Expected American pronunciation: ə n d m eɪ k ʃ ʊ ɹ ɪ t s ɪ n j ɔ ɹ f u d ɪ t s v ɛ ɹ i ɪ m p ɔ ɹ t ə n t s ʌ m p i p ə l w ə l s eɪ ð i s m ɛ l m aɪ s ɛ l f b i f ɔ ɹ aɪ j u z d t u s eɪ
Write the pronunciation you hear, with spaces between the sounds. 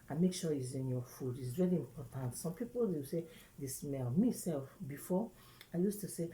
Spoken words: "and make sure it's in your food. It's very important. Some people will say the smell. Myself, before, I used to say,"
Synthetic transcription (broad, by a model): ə m eɪ k ʃ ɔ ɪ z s ɪ n j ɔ f u d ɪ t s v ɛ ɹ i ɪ m p ɔ t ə n t s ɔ m p i p ə l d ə w s eɪ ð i s m ɛ l m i s ɛ l f b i f ɔ aɪ j u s t u s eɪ